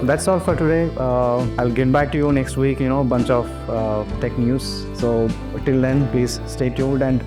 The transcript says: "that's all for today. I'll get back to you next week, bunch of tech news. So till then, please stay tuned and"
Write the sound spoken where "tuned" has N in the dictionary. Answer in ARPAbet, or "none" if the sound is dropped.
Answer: none